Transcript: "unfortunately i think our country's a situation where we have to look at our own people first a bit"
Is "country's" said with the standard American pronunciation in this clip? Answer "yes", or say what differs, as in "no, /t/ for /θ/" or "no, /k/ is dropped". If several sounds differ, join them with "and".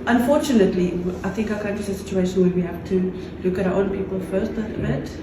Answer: no, /ɹ/ is dropped